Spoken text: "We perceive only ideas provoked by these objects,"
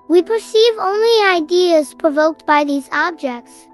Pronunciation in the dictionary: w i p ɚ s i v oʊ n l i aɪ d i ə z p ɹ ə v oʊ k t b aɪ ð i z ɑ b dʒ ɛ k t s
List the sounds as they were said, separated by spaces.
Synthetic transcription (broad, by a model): w i p ɚ s i v oʊ n l i aɪ d i ə z p ɹ ə v oʊ k t b aɪ ð i z ɑ b dʒ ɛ k t s